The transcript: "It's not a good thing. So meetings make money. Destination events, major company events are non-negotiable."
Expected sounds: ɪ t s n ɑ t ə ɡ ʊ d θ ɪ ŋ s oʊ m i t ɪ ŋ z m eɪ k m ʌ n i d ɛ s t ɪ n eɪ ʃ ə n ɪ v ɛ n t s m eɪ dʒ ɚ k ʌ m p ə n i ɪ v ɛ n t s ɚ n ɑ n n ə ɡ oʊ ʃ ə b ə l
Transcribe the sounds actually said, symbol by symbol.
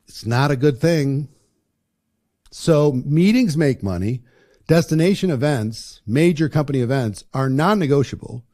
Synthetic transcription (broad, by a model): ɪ t s n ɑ t ə ɡ ʊ d θ ɪ ŋ s oʊ m i t ɪ ŋ z m eɪ k m ʌ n i d ɛ s t ɪ n eɪ ʃ ə n ɪ v ɛ n t s m eɪ dʒ ɚ k ʌ m p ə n i ɪ v ɛ n t s ɚ n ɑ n n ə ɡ oʊ ʃ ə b l